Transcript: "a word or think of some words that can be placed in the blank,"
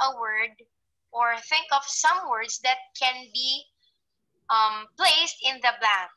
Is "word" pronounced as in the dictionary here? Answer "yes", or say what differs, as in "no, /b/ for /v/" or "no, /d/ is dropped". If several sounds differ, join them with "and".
yes